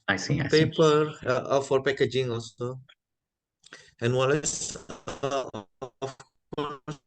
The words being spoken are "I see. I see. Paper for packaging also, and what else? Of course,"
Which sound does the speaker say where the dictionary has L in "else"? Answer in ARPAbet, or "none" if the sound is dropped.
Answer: none